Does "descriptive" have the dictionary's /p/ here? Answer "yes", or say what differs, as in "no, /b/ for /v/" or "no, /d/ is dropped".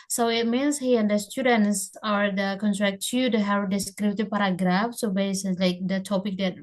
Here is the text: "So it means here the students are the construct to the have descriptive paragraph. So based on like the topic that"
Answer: no, /b/ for /p/